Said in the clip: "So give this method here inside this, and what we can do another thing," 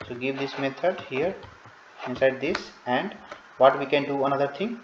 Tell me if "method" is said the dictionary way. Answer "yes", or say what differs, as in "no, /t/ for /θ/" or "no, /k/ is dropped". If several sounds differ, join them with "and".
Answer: no, /t/ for /θ/